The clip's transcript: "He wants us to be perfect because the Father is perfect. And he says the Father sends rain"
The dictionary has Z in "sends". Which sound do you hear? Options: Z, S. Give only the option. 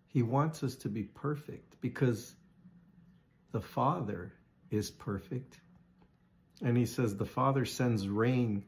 Z